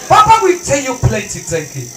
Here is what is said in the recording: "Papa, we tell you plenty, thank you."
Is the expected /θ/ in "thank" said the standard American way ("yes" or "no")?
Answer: no